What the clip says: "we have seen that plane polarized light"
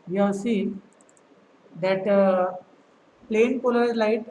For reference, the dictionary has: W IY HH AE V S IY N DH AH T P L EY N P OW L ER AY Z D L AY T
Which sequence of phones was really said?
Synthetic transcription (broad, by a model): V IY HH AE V S IY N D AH T P L EY N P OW L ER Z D L AY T